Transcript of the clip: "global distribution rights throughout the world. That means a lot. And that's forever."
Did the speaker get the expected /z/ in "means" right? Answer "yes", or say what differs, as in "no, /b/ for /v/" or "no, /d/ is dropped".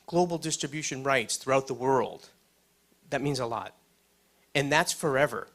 yes